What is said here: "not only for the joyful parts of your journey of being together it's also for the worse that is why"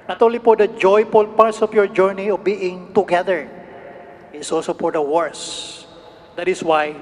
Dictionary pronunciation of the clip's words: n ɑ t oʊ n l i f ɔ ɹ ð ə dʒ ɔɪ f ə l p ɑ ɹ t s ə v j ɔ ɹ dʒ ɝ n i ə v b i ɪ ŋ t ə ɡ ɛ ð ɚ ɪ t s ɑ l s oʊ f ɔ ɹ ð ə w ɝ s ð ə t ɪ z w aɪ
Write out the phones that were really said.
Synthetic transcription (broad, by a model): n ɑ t oʊ n l i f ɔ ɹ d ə dʒ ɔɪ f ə l p ɑ ɹ t s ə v j ɔ ɹ dʒ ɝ n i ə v b i ɪ ŋ t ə ɡ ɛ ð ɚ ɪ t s ɑ l s oʊ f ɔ ɹ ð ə w ɝ s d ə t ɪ s w aɪ